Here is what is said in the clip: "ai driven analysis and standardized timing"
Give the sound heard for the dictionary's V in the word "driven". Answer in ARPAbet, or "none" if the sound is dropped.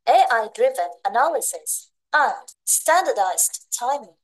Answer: V